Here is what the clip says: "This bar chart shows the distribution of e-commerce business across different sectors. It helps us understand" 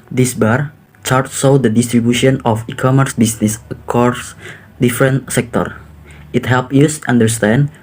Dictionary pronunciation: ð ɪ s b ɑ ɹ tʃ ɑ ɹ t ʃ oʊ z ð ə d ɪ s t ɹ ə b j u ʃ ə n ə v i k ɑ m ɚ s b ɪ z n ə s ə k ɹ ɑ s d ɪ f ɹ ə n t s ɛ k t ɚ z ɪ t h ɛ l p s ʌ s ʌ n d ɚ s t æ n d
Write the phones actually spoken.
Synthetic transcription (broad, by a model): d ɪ s b ɑ ɹ tʃ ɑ ɹ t s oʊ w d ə d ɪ s t ɹ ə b j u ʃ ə n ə f i k ɑ m ɚ s b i s n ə s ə k ɹ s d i f ɹ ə n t s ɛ k t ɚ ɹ ɪ t h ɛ l p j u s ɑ n d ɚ s t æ n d